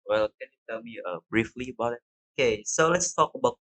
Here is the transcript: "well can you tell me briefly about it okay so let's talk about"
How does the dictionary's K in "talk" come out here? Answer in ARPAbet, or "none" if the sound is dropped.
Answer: K